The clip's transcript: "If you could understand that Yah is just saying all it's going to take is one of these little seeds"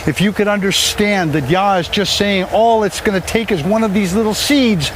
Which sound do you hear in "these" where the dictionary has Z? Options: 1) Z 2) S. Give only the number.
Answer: 1